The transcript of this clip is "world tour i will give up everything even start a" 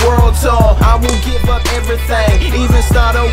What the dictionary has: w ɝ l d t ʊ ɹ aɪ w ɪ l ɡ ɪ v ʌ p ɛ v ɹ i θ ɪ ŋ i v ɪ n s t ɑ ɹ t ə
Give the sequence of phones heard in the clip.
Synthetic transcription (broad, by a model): w ɝ l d s ʊ aɪ w ɪ l ɡ ɪ v ʌ p ɛ v ɹ i θ ɪ ŋ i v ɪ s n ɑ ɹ t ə